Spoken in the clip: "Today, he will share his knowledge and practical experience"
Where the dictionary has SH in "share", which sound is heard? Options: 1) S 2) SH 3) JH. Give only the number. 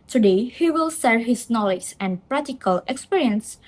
1